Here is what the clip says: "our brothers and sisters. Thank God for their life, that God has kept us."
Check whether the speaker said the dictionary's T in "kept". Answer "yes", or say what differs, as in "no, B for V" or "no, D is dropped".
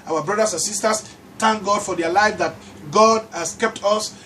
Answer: yes